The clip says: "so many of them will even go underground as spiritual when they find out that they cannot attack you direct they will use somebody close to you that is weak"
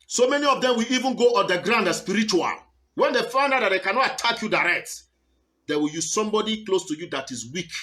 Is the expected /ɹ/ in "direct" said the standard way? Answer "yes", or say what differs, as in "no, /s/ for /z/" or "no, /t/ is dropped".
yes